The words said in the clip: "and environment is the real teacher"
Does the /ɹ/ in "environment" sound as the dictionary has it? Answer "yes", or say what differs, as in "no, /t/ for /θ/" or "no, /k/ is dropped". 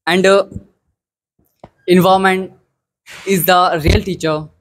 no, /ɹ/ is dropped